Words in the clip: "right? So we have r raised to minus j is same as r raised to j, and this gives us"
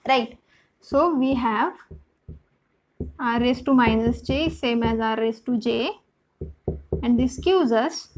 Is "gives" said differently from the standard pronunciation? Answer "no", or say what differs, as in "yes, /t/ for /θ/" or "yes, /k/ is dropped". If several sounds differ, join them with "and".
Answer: yes, /v/ is dropped